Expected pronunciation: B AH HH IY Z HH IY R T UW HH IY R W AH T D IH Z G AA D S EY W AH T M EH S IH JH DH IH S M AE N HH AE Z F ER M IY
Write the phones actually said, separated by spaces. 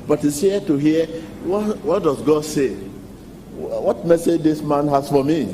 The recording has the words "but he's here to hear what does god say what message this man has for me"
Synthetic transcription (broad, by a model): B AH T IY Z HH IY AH T UW HH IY W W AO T D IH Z G AA D S EY W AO T M EH S IH JH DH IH S M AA N HH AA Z F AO M IY